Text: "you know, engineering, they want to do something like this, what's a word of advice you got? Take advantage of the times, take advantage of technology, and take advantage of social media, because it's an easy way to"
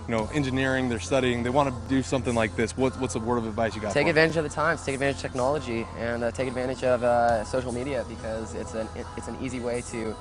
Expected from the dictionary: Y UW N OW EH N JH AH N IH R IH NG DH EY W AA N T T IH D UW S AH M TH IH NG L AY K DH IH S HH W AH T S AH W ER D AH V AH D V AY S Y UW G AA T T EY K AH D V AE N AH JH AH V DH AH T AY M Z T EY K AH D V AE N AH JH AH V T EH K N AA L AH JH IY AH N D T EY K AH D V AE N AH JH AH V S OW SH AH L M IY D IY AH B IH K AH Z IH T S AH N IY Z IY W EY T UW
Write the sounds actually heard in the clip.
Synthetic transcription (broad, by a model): Y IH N OW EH N JH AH N IH R IH NG DH EY W AA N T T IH D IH S AH M TH IH NG L AY K DH IH S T W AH T S AH W ER D AH V AH D V AY S Y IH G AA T T EY K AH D V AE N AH JH AH V DH AH T AY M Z T EY K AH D V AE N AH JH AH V T EH K N AA L AH JH IY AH N T EY K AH D V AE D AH JH AH V S OW SH L M IY D IY AH B IH K AH Z IH T S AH N IY Z IY W EY T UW